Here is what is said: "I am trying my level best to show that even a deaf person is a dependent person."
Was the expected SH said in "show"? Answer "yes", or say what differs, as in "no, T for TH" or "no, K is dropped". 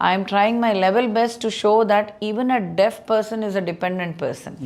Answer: yes